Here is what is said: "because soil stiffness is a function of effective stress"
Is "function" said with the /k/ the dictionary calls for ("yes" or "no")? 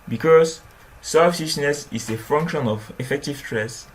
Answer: yes